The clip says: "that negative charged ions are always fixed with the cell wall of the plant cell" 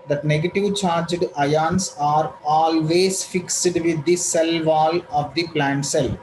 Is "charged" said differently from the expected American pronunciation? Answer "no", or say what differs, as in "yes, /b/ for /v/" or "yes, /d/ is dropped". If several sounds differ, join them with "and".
no